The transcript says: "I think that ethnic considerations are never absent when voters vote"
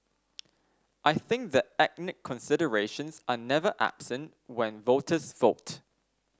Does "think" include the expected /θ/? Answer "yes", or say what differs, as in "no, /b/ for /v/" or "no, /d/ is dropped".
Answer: yes